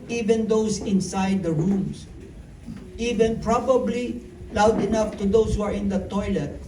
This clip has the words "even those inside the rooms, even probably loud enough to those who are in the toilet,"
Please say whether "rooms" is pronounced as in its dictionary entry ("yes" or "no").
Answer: no